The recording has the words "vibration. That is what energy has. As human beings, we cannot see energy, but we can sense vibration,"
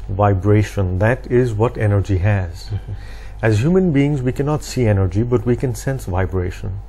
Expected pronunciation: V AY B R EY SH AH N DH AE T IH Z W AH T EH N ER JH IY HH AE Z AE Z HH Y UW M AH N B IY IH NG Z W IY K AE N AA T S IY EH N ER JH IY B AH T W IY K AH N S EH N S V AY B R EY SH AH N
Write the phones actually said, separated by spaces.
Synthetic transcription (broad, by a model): V AY B R EY SH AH N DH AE T IH Z W AH T EH N ER JH IY HH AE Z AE Z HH Y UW M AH N B IY IH NG Z W IY K AE N AA T S IY EH N ER JH IY B AH T W IY K AH N S EH N S V AY B R EY SH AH N